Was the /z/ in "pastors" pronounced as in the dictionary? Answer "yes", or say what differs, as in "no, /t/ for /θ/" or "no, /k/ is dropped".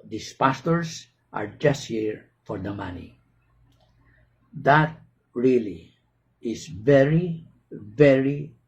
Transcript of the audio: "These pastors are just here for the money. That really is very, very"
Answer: no, /s/ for /z/